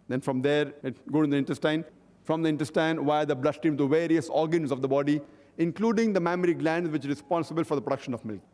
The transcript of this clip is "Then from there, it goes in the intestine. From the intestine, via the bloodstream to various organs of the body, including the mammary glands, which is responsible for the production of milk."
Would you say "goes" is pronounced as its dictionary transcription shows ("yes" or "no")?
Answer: no